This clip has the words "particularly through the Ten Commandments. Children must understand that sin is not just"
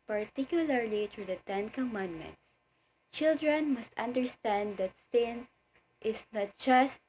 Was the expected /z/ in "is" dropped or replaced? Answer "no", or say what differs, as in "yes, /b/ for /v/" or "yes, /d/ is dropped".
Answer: yes, /s/ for /z/